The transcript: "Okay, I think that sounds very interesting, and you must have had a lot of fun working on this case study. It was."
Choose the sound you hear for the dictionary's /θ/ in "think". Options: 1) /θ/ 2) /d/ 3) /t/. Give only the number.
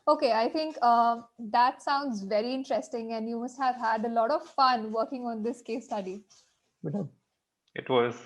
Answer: 3